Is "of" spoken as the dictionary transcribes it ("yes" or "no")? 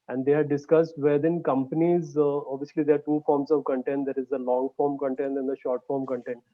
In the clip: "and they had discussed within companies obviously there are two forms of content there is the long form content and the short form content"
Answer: yes